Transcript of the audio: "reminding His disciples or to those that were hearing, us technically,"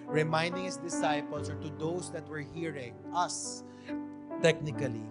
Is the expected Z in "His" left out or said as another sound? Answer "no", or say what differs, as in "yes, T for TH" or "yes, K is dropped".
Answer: yes, S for Z